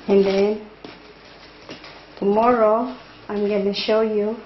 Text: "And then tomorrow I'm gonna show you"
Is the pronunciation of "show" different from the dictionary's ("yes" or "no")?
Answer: no